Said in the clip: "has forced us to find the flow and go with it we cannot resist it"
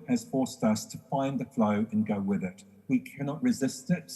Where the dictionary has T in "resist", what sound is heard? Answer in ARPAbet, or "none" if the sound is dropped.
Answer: T